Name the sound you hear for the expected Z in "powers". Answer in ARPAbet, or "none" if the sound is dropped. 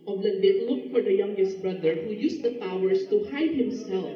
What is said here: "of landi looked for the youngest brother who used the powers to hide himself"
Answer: S